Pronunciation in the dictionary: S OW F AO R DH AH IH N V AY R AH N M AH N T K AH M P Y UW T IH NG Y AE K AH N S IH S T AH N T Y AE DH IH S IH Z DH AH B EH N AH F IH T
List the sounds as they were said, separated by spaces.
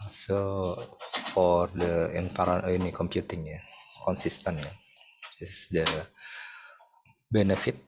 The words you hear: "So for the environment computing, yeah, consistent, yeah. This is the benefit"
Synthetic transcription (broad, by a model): S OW F AO R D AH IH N P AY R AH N AH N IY K AH M P Y UW T IH NG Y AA K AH N S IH S T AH N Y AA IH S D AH B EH N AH F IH T